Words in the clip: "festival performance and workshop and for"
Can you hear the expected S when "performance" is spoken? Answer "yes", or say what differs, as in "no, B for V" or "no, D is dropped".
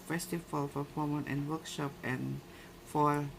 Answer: no, S is dropped